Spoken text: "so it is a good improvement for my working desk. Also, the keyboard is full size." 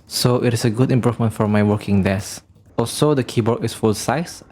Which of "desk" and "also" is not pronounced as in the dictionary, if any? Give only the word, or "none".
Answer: desk